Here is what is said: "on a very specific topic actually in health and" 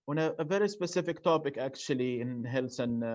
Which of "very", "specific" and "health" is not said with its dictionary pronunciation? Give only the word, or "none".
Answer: health